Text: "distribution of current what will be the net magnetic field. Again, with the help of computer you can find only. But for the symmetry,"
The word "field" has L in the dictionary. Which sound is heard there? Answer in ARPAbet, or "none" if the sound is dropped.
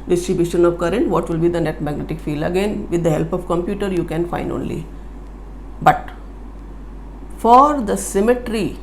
L